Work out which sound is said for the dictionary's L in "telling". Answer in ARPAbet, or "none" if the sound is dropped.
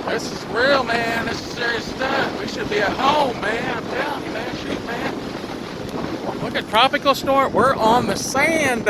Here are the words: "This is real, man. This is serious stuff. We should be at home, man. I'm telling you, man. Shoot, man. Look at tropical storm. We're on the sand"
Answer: none